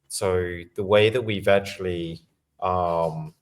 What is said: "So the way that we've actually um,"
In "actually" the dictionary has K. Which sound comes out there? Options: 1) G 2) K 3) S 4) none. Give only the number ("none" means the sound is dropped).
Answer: 4